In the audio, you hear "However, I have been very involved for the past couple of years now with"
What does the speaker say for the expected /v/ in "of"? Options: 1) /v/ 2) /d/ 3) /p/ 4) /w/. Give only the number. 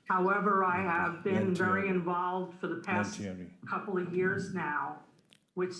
1